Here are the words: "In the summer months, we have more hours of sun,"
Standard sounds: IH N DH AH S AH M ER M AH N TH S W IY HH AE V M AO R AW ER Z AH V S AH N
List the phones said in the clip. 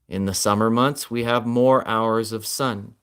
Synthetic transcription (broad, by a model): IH N DH AH S AH M ER M AH N TH S W IY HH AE V M AO R AW ER Z AH V S AH N